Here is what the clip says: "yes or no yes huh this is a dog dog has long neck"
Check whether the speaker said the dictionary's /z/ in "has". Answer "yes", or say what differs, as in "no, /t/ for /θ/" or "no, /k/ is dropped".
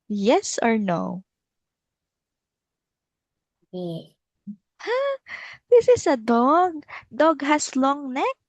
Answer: no, /s/ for /z/